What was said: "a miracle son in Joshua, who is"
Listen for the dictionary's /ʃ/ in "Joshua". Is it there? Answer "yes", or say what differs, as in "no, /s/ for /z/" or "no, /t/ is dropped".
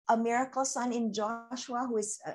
yes